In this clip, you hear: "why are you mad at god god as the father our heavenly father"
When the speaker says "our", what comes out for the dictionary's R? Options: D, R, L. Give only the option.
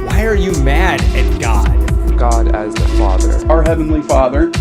R